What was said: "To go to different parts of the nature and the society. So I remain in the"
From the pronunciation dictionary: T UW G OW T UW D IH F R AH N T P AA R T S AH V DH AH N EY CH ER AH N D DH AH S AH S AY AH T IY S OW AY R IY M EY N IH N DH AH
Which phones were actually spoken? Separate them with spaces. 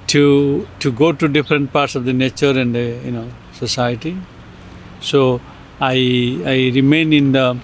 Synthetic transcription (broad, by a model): T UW G OW T UW D IH F R AH N T P AA R T S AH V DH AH N EY CH ER AH N D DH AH S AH S AY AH T IY S OW AY R IY M EY N IH N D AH